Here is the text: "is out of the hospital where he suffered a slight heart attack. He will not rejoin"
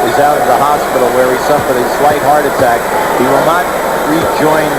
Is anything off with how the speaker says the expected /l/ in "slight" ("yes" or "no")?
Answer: yes